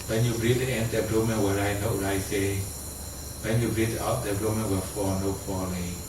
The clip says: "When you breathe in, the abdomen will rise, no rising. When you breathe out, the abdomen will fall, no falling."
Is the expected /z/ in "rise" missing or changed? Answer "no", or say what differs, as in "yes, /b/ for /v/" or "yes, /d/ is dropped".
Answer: yes, /z/ is dropped